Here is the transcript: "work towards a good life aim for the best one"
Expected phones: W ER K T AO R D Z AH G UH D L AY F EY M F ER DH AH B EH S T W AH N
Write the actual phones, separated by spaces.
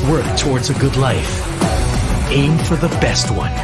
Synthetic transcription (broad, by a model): W ER K T AO R D Z AH G UH D L AY F EY M F ER DH AH B EH S T W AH N